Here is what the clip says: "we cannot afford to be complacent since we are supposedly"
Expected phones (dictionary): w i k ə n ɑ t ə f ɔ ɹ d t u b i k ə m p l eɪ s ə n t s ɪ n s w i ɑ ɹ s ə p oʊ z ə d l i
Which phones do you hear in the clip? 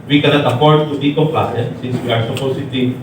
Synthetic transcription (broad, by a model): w i k ə n ɑ t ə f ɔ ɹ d t u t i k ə p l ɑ ə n s ɪ n s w i ɑ ɹ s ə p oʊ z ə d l i